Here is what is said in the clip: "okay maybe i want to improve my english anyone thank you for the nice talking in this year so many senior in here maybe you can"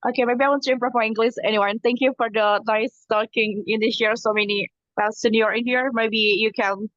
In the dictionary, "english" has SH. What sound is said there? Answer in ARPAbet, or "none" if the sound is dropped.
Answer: S